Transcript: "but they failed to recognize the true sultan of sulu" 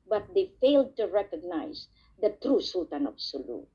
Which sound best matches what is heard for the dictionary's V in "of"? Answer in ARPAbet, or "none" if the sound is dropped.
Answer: B